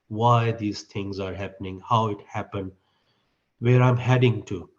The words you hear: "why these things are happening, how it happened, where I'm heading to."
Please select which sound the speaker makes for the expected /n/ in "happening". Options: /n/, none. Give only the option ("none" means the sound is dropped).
/n/